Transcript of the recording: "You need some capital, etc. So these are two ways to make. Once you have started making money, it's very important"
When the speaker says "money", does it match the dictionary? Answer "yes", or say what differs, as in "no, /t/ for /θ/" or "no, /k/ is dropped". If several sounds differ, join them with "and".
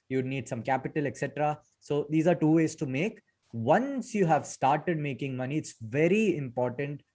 yes